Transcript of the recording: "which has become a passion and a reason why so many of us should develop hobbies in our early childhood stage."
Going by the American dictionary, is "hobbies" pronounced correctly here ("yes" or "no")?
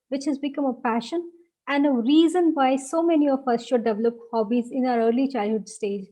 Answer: yes